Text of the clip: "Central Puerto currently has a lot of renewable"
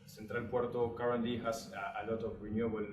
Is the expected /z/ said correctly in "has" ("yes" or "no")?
no